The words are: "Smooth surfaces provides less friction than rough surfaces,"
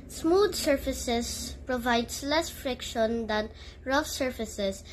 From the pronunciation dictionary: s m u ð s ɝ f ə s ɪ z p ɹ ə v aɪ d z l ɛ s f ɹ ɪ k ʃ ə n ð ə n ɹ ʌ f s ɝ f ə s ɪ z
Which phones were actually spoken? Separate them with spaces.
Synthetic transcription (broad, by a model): s m u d s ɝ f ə s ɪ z p ɹ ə v aɪ d s l ɛ s f ɹ ɪ k ʃ ə n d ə n ɹ ʌ f s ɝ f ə s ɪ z